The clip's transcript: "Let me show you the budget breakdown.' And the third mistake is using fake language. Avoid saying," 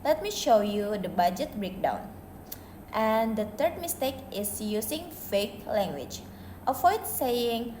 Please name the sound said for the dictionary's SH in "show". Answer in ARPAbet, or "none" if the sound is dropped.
SH